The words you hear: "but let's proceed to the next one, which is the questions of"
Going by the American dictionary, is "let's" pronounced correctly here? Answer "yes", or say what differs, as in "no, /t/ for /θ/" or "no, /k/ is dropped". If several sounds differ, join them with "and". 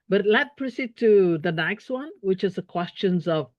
no, /s/ is dropped